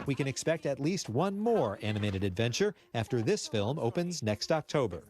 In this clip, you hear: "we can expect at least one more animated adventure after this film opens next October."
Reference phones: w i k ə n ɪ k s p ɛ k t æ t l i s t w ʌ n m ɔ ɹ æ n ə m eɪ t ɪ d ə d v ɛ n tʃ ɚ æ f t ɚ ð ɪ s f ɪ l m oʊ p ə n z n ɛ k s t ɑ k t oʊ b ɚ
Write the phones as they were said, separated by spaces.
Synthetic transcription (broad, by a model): w i k ə n ɪ k s p ɛ k t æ t l i s t w ʌ n m ɔ ɹ æ n ə m eɪ t ɪ d ə d v ɛ n tʃ ɚ æ f t ɚ ð ɪ s f ɪ l m oʊ p ə n z n ɛ k s t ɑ k t oʊ b ɚ